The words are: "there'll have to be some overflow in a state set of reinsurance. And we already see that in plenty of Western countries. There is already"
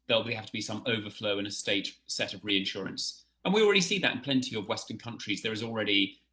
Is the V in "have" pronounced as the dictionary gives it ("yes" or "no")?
no